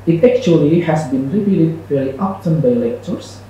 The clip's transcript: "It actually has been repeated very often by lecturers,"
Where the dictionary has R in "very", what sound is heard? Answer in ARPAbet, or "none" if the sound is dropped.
L